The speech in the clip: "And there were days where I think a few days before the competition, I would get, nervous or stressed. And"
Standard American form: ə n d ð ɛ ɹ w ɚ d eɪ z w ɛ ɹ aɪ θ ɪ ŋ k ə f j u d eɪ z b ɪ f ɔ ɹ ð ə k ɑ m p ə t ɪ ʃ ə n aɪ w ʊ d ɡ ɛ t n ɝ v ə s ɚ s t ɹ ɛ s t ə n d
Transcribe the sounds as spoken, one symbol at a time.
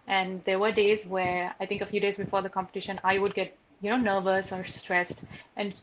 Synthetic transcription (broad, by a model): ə n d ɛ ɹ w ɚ d eɪ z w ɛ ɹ aɪ t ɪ ŋ k ə f j u d eɪ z b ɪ f ɔ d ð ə k ɑ m p ə t ɪ ʃ ə n aɪ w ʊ d ɡ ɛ t n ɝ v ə s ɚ s t ɹ ɛ s t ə n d